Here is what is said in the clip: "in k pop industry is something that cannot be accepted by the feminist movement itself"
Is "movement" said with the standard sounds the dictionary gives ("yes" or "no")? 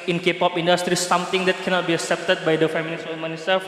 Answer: no